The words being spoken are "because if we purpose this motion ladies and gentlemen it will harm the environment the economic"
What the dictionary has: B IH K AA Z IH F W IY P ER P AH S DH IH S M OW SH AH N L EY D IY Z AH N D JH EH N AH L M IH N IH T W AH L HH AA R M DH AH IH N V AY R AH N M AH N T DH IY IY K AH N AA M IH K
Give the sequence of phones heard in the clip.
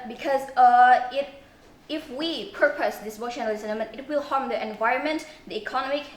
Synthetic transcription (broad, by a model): B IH K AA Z IH F W IY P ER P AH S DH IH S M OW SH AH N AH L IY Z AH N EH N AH M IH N IH T W AH L HH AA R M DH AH IH N V AY R AH N M AH N T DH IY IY K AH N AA M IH K